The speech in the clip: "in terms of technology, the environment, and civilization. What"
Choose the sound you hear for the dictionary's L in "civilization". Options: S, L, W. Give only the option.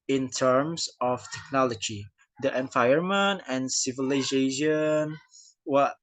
L